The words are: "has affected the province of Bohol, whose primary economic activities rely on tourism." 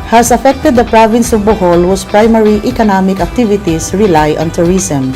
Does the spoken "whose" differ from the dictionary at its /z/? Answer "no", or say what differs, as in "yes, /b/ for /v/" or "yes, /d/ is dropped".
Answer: yes, /s/ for /z/